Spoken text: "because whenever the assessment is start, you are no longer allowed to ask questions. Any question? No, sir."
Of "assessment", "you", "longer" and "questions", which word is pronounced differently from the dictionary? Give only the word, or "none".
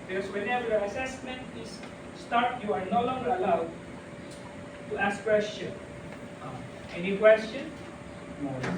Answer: questions